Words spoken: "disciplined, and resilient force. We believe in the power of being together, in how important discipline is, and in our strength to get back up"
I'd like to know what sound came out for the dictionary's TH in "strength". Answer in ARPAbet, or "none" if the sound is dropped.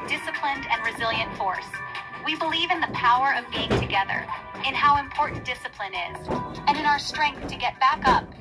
TH